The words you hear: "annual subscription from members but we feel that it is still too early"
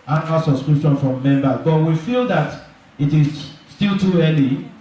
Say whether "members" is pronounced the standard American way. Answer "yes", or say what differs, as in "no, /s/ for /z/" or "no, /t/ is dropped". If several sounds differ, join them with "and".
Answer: no, /z/ is dropped